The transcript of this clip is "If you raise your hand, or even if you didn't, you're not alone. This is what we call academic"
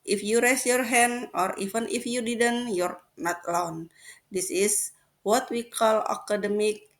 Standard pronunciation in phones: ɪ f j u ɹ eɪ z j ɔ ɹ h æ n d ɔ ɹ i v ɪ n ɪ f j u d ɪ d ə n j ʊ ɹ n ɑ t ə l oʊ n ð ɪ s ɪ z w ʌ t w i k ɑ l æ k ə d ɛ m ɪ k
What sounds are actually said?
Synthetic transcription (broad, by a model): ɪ f j u ɹ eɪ s j ɔ ɹ h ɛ n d ɔ ɹ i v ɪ n ɪ f j u d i d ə n j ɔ ɹ n ɑ t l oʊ n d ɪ s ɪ s w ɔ t w i k ɑ l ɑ k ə d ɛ m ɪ k